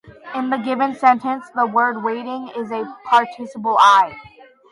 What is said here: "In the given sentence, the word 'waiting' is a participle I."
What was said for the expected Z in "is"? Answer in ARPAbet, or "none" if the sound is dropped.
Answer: Z